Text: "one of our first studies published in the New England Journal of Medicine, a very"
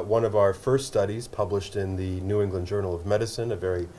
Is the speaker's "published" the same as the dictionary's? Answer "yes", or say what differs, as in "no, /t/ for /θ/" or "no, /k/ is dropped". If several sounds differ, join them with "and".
yes